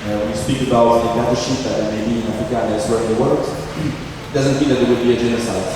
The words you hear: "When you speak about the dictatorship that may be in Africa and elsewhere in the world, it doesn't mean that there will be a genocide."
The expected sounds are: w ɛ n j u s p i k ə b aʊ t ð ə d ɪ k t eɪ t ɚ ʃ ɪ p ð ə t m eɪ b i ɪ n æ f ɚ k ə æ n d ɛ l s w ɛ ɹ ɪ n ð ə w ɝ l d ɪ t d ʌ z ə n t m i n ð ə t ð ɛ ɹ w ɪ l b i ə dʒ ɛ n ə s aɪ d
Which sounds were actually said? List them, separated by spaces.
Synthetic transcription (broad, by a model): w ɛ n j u s p i k ə b aʊ t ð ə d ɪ t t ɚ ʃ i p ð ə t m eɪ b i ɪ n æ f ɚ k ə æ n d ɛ s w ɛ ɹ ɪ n ð ə w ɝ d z ɪ t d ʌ z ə n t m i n ð ə t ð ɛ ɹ w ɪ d b i ə dʒ ɛ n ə s aɪ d